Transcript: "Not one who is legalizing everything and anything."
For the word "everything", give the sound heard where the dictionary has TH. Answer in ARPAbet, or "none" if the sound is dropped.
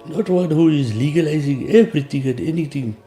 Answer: T